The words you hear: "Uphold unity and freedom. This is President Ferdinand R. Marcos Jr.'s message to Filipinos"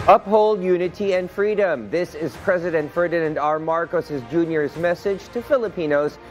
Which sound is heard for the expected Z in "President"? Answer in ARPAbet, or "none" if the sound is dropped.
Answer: Z